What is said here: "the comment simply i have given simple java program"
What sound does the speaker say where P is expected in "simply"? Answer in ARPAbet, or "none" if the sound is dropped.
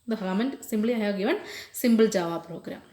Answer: B